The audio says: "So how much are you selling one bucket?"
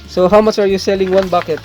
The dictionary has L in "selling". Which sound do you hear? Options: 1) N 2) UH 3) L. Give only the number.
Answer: 3